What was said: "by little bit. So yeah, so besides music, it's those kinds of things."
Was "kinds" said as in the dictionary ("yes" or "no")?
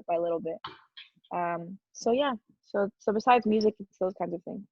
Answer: yes